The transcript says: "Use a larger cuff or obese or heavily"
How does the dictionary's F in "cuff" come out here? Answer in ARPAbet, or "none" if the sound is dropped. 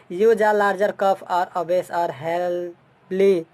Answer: P